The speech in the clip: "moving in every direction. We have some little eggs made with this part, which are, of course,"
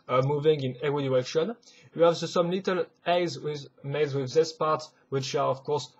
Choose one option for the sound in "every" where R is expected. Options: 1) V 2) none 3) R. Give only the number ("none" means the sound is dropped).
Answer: 2